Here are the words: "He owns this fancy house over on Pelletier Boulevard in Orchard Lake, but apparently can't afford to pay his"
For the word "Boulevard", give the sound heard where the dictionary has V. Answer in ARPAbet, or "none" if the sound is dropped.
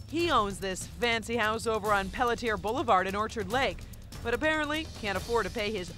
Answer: V